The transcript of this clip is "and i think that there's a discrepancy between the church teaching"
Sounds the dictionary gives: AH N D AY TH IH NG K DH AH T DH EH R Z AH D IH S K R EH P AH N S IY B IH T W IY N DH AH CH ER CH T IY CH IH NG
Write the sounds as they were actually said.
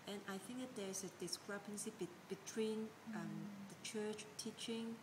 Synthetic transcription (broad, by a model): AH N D AY TH IH NG K DH AH T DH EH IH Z AH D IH S K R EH P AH N S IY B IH T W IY N DH AH CH ER CH T IY CH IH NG